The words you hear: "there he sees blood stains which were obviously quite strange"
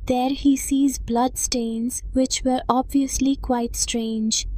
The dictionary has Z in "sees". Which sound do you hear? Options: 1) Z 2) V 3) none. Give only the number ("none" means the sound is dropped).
1